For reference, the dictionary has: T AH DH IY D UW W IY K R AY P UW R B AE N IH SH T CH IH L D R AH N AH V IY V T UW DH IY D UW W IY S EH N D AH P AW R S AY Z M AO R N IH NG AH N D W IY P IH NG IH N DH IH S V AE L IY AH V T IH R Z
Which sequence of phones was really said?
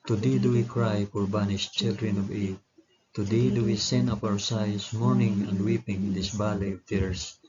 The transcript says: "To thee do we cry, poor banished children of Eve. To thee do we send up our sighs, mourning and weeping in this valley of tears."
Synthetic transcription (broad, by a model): T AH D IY D UW W IY K R AY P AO R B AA N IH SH CH IH L D R AH N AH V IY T T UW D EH D UW W IY S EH N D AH P AW R S AY S M AO R N IH NG AH N D W IY P IH NG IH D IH S B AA L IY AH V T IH R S